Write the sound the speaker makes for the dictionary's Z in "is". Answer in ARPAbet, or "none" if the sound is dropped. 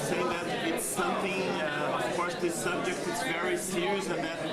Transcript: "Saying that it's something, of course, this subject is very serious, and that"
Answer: S